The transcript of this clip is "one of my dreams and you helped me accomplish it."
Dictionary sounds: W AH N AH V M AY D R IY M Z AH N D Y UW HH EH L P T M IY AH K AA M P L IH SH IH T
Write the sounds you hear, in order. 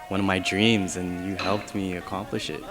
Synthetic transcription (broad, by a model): W AH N AH V M AY D R IY M Z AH N Y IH HH EH L P T M IY AH K AA M P L IH SH IH T